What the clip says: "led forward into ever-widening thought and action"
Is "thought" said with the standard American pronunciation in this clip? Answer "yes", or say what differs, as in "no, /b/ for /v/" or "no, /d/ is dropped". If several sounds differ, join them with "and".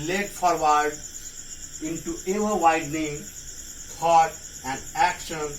no, /t/ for /θ/